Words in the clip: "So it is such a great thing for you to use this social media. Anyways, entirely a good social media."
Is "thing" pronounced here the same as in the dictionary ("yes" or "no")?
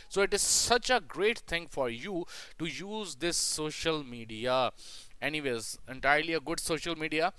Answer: no